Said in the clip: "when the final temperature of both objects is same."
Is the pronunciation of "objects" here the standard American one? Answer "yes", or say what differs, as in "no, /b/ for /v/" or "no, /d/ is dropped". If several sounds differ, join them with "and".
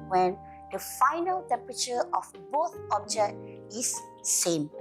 no, /s/ is dropped